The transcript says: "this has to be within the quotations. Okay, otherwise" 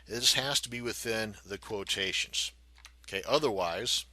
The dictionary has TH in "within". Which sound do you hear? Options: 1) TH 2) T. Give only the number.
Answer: 1